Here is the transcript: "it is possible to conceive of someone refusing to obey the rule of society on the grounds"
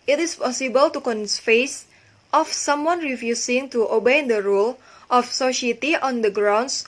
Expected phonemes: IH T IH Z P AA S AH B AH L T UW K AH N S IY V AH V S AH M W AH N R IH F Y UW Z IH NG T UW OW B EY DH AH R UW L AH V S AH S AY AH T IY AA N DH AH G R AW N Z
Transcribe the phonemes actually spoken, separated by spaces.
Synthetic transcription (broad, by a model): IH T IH S P AA S AH B AH L T UW K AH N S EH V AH F S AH M W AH N R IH F Y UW S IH NG T UW OW B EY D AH R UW L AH F S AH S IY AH T IY AA N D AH G R AW N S